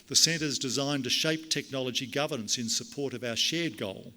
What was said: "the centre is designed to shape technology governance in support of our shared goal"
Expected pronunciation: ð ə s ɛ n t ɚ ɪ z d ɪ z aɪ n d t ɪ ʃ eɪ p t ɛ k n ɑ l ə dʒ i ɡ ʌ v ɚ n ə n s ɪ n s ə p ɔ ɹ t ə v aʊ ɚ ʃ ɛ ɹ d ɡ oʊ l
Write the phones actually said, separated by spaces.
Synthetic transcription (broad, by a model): ð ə s ɛ n t ɚ z d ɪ z aɪ n t ɪ ʃ eɪ p t ɛ k n ɑ l ə dʒ i ɡ ʌ v ɚ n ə n s ɪ n s ə p ɔ ɹ t ə v aʊ ɚ ʃ ɛ ɹ d ɡ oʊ l